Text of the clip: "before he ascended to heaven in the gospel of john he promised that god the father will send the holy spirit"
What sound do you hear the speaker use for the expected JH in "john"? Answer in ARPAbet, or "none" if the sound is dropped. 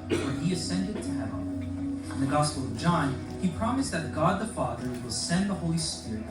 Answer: JH